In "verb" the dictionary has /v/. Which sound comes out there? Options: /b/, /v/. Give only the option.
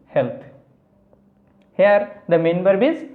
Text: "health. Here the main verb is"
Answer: /b/